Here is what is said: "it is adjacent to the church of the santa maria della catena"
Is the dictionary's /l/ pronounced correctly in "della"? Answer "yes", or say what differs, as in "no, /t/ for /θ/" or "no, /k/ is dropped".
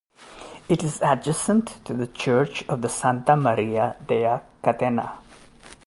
no, /l/ is dropped